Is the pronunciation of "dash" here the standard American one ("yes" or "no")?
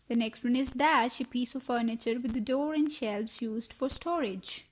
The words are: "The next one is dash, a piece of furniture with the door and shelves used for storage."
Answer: yes